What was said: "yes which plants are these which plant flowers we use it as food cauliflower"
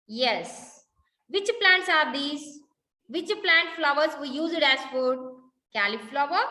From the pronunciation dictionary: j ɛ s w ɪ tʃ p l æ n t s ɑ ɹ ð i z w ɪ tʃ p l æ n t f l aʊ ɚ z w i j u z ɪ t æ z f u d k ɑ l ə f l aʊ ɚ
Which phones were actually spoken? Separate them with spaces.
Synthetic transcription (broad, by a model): j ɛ s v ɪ tʃ p l æ n t s ɑ ɹ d i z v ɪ tʃ p l æ n t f l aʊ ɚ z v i j u z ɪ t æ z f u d k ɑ l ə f l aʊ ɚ